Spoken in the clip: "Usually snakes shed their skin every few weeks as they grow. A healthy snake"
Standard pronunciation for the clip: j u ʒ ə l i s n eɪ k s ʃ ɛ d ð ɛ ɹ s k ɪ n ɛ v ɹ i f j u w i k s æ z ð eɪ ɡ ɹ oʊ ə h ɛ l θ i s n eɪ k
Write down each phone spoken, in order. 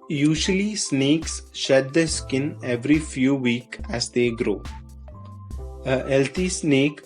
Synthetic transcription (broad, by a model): j u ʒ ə l i s n eɪ k s ʃ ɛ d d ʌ s k ɪ n ɛ v ɹ i f j u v i k æ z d eɪ ɡ ɹ oʊ ə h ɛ l t i s n eɪ k